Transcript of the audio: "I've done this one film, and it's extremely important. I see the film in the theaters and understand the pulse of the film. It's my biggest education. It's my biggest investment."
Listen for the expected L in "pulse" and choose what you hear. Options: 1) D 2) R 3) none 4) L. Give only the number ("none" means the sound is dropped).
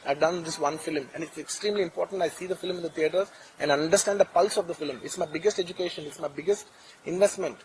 4